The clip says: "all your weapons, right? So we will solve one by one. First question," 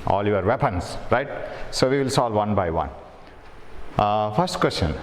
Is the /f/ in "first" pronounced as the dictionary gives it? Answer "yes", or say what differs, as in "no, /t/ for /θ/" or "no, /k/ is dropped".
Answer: no, /p/ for /f/